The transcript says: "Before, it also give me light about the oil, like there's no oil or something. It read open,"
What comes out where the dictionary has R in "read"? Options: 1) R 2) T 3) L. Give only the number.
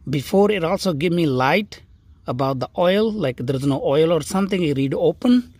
1